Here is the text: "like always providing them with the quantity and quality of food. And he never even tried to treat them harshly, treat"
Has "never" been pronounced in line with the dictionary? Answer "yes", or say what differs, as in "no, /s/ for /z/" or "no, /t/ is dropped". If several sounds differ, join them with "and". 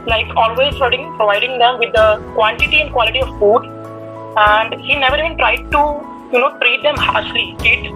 yes